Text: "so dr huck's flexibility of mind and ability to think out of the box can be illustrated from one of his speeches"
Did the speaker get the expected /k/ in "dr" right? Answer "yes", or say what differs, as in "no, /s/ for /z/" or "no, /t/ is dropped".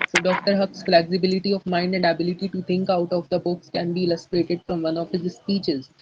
yes